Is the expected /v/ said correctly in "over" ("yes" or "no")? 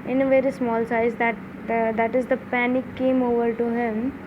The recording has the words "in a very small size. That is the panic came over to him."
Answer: yes